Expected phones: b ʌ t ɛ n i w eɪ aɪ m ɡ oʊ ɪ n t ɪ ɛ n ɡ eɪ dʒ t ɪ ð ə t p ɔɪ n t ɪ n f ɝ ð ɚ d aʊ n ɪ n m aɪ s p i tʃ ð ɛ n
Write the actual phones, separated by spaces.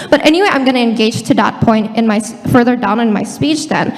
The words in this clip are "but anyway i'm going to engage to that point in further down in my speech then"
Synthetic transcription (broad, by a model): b ʌ t ɛ n i w eɪ aɪ m ɡ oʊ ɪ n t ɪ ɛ n ɡ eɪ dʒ t ɪ ð ə t p ɔɪ n t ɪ n f ɝ ð ɚ d aʊ n ɪ n m aɪ s p i tʃ ð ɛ n